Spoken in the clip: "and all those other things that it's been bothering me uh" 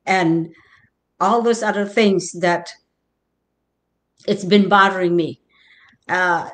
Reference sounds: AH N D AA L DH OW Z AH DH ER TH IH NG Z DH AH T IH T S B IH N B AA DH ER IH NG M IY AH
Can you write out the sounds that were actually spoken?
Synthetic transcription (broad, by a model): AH N AA L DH OW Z AH DH ER TH IH NG Z DH AH T IH T S B IH N B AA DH ER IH NG M IY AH